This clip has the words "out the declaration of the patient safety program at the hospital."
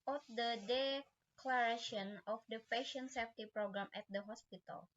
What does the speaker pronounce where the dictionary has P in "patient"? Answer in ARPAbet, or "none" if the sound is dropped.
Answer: F